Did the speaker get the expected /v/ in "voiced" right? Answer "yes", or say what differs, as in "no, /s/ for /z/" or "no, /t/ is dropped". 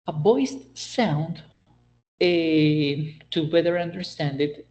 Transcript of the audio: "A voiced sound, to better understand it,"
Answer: no, /b/ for /v/